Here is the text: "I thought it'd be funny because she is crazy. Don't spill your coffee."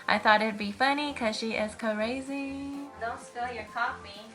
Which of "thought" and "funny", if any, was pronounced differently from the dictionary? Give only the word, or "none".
none